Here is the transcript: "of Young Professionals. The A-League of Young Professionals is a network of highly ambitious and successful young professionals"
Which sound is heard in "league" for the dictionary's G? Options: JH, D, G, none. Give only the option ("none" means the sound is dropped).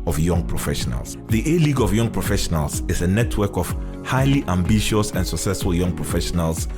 G